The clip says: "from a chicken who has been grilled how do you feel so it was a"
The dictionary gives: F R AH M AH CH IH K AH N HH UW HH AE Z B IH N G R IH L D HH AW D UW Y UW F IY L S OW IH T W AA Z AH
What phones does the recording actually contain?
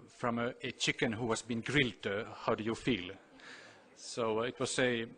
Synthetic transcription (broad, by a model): F R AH M AH CH IH K AH N HH UW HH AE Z B IH N G R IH L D HH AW D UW Y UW F IY L S OW IH T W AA S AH